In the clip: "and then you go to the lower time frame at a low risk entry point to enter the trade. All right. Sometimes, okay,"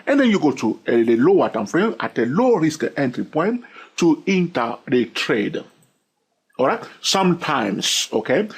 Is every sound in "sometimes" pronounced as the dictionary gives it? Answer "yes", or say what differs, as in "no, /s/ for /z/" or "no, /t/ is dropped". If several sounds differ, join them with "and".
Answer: no, /s/ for /z/